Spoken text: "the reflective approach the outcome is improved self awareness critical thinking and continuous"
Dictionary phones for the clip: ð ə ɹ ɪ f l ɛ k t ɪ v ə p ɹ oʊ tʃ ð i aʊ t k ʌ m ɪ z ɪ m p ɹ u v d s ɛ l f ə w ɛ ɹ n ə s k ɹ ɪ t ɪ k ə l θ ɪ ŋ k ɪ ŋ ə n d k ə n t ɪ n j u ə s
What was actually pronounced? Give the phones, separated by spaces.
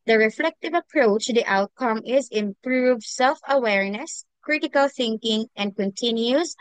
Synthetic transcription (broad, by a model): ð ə ɹ ɪ f l ɛ k t ɪ v ə p ɹ oʊ tʃ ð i aʊ t k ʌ m ɪ z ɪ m p ɹ u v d s ɛ l f ə w ɛ ɹ n ə s k ɹ ɪ t ɪ k ə l θ ɪ ŋ k ɪ ŋ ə n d k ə n t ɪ n j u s